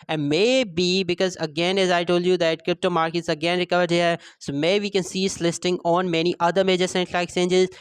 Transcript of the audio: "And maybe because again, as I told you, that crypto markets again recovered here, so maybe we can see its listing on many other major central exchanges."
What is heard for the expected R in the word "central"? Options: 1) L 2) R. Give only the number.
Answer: 1